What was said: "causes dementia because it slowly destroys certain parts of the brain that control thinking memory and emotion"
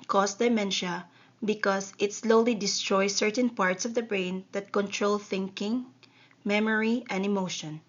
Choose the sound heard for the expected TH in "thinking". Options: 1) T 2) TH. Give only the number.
2